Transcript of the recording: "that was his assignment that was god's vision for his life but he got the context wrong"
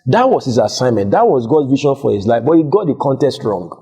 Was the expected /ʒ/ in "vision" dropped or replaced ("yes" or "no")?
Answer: yes